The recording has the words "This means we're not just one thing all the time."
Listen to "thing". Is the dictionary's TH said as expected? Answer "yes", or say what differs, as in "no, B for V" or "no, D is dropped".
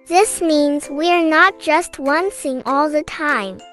no, S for TH